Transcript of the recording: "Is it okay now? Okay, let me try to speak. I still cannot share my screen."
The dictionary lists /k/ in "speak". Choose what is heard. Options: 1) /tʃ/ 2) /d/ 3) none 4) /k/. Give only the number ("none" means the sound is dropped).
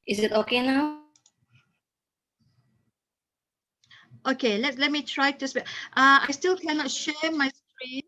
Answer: 3